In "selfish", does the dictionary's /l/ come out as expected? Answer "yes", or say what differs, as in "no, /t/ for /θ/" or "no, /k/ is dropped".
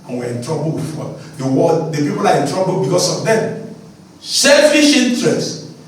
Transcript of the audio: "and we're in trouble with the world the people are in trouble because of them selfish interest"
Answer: yes